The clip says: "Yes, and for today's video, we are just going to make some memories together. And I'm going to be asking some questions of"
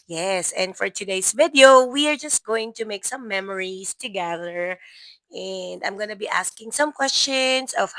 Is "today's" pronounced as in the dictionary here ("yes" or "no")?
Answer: no